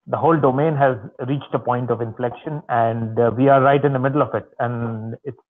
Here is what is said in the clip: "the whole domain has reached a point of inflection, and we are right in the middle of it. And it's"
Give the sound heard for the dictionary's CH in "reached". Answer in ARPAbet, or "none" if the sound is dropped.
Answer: CH